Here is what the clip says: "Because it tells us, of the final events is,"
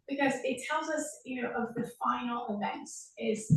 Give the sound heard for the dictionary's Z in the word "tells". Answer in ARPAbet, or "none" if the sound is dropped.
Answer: Z